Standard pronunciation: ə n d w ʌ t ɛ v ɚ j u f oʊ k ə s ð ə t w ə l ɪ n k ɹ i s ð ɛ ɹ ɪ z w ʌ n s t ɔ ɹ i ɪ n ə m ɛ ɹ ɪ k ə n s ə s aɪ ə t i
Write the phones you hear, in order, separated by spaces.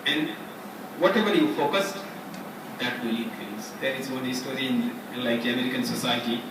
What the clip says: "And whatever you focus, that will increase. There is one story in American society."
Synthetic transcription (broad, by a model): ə n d w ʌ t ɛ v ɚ j u f oʊ k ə s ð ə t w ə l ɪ k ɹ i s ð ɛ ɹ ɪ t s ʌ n s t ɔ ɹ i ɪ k ə m ɛ ɹ ɪ k ə n s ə s aɪ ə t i